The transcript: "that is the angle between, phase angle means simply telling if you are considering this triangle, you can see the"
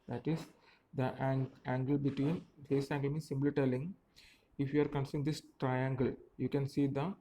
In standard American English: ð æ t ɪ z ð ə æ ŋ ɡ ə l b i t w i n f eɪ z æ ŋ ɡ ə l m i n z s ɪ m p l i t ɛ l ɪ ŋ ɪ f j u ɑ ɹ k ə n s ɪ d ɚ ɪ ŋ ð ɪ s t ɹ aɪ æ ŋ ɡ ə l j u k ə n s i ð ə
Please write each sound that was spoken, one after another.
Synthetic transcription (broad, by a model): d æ t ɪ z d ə æ ŋ ɡ ə l b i t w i n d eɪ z æ ŋ ɡ ə l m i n s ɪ m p l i t ɛ l ɪ ŋ ɪ f j u ɑ ɹ k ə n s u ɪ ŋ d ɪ s t ɹ aɪ æ ŋ ɡ ə l j u k ə n s i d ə